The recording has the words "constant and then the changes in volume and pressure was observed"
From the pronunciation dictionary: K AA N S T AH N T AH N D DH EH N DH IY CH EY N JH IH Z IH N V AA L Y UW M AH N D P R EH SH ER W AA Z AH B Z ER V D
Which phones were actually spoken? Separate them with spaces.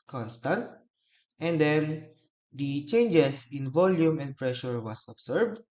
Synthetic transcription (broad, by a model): K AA N S T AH N T AH N D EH N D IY CH EY N JH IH S IH N V AA L Y UW M AH N D P R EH SH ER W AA S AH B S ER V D